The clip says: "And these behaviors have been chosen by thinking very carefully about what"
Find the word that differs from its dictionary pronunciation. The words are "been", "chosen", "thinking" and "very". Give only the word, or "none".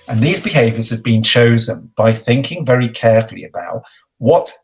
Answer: none